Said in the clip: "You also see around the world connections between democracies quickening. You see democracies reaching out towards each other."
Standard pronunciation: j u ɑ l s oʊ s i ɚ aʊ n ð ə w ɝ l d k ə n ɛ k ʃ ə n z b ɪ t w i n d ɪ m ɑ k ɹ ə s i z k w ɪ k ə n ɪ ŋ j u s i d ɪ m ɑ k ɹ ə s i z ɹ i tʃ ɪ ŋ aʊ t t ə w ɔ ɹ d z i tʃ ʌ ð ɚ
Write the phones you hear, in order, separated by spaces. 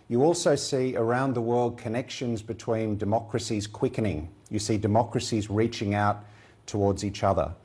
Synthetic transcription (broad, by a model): j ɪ ɑ l s oʊ s i ɚ aʊ n ð ə w ɝ l d k ə n ɛ k ʃ ə n z b ɪ t w i n d ɪ m ɑ k ɹ ə s i z k w ɪ k ə n ɪ ŋ j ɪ s i d ɪ m ɑ k ɹ ə s i z ɹ i tʃ ɪ ŋ aʊ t t ə w ɔ ɹ d z i tʃ ʌ ð ɚ